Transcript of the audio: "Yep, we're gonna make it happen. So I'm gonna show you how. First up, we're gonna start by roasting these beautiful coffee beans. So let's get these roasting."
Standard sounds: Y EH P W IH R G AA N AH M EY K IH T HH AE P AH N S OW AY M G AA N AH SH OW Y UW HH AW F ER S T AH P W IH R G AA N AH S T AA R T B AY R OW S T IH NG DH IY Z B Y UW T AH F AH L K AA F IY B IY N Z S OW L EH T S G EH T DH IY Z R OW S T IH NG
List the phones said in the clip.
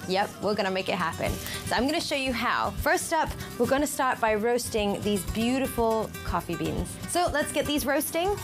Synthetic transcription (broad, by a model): Y EH P W IH R G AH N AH M EY K IH T HH AE P AH N S OW AY M G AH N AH SH OW Y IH HH AW F ER S T AH P W IH R G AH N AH S T AA R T B AY R OW S T IH NG DH IY Z B Y UW T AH F L K AA F IY B IY N Z S OW L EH T S G EH T DH IY Z R OW S T IH NG